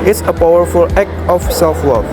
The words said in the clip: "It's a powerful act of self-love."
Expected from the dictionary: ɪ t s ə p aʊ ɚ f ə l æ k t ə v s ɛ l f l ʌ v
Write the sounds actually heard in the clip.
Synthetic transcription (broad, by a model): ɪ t s ə p aʊ ɚ f ə l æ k ə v s ɛ l f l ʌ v